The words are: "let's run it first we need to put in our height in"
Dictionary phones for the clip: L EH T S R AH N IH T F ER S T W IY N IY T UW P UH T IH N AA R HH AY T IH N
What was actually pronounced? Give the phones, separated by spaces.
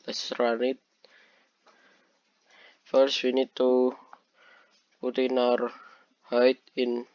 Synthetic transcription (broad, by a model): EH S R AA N IH T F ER S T W IY N IY T UW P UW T IH N AA R HH AY T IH N